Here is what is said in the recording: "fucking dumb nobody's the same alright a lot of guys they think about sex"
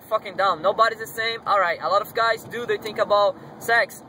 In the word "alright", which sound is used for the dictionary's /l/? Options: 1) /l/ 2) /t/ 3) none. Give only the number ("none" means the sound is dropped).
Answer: 1